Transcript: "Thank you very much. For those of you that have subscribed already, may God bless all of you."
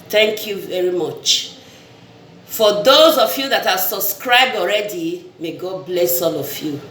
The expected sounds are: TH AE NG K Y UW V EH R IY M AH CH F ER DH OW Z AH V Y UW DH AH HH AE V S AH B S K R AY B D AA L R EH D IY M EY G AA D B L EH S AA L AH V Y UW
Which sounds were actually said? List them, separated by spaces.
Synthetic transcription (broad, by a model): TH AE NG K Y UW V EH R IY M AH CH F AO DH OW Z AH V Y UW DH AH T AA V S AH B S K R AY B D AA L R EH D IY M EY G AA D B L EH S AA L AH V Y UW